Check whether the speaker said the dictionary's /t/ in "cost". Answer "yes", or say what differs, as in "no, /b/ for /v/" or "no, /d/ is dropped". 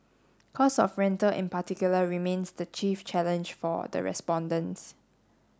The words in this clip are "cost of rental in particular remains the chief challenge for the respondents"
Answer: no, /t/ is dropped